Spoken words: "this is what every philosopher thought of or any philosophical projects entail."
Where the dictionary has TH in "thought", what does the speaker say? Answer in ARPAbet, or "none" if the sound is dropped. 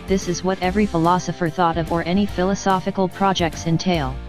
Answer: TH